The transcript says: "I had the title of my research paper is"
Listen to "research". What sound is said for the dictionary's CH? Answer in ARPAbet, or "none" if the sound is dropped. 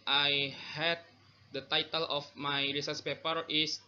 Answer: S